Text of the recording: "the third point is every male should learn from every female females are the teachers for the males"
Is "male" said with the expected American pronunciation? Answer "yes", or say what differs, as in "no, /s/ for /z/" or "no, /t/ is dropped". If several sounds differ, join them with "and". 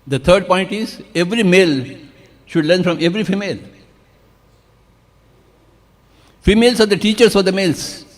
yes